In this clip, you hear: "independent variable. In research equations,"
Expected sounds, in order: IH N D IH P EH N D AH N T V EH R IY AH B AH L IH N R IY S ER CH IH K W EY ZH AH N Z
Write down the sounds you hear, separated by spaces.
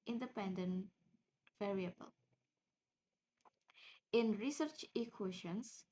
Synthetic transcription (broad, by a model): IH N D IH P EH N D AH N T V EH R IY AH B AH L IH N R IY S ER CH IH K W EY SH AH N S